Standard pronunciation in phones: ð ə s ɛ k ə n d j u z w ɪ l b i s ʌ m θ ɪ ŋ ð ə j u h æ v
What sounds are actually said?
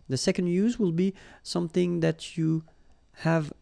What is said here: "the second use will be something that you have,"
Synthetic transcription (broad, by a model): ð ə s ɛ k ə n d j u z w ɪ l b i s ʌ m θ ɪ ŋ ð ə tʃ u h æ v